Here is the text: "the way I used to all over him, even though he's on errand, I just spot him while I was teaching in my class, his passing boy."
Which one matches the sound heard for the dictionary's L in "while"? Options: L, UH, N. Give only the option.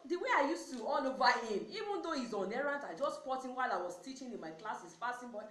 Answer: L